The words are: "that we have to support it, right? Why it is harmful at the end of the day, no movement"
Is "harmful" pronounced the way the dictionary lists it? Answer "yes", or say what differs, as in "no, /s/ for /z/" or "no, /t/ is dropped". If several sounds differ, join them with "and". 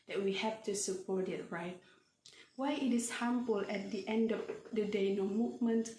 no, /p/ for /f/